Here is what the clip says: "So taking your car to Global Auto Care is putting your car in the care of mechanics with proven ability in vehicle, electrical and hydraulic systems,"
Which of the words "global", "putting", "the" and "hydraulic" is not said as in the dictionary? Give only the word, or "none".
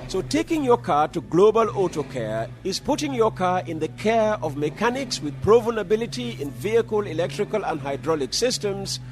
none